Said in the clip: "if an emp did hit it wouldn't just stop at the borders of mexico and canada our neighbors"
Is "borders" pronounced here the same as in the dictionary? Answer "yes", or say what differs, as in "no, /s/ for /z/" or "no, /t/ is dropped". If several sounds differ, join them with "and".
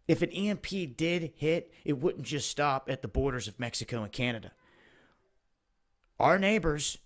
yes